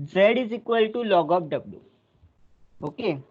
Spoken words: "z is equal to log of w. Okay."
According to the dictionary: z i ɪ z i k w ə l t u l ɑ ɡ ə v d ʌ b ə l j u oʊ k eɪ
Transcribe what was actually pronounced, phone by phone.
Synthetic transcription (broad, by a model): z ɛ ɪ z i k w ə l t u l ɑ ɡ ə p d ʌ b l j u oʊ k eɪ